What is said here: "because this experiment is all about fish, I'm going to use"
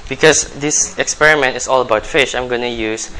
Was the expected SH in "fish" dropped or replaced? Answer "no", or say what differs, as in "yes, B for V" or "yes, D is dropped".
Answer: no